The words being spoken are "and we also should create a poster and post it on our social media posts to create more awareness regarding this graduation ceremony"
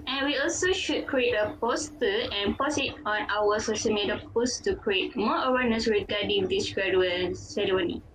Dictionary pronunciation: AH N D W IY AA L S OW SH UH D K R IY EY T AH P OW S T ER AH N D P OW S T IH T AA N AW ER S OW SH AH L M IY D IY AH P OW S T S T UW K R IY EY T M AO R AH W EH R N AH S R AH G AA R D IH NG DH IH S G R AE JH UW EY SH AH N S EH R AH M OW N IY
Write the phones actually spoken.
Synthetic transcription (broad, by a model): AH N W IY AA L S OW SH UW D K R IY EY T AH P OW S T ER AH N P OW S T IH T AA N AW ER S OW S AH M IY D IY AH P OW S S T UW K R IY EY T M AO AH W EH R N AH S R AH G AA D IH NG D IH S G R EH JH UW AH L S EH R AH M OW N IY